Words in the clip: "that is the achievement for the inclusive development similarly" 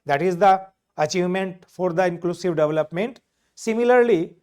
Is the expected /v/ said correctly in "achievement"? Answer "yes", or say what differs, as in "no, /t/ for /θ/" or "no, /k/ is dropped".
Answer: yes